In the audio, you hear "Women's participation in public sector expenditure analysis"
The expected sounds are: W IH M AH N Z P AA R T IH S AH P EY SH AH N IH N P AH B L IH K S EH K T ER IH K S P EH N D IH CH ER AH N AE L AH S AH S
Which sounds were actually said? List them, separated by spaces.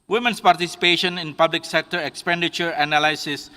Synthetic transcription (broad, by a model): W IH M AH N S P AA R T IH S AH P EY SH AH N IH N P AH B L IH K S EH K T ER IH K S P EH N D IH CH ER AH N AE L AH S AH S